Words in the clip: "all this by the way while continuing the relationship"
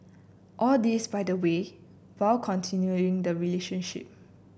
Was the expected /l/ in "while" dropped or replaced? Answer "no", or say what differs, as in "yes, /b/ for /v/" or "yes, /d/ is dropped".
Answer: yes, /w/ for /l/